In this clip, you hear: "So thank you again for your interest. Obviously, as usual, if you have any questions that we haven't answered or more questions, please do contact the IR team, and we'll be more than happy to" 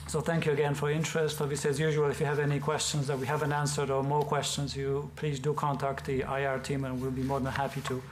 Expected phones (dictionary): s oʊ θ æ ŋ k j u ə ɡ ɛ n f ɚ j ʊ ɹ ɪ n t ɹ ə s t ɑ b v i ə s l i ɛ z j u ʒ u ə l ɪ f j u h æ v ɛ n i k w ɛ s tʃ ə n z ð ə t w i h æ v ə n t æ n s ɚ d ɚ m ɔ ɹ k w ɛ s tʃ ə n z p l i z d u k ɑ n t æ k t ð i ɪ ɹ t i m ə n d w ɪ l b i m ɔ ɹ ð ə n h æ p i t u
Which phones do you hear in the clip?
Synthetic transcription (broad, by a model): s oʊ θ æ ŋ k j u ə ɡ ɛ n f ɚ ɹ ɪ n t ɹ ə s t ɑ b v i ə s l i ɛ z j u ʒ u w l ɪ f j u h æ v ɛ n i k w ɛ s tʃ ə n z ð ə t w i h æ v ə n t æ n s ɚ d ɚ m ɔ ɹ k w ɛ s tʃ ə n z p l i z d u k ɑ n t æ k t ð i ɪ ɹ t i m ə n w ɪ l b i m ɔ ɹ ð ə n h æ p i t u